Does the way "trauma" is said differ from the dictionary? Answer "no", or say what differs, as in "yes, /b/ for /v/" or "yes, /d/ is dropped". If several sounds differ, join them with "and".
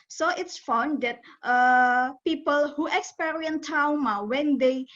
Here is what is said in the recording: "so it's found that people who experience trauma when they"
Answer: yes, /ɹ/ is dropped